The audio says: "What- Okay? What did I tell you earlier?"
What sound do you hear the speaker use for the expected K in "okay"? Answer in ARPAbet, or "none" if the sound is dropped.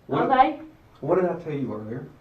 none